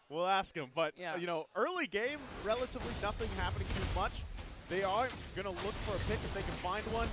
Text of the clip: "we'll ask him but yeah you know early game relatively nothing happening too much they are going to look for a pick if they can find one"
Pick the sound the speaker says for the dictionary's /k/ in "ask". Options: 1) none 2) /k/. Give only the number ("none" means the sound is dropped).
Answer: 2